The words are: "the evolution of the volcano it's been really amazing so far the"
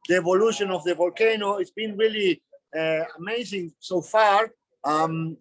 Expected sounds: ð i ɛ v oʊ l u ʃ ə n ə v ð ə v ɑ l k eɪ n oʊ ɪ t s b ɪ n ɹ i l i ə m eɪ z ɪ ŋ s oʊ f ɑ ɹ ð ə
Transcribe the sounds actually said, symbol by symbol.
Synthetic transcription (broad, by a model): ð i ɛ v oʊ l u ʃ ə n ə v ð ə v ɑ l k eɪ n oʊ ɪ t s b ɪ n ɹ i l i ə m eɪ z ɪ ŋ s oʊ f ɑ ɹ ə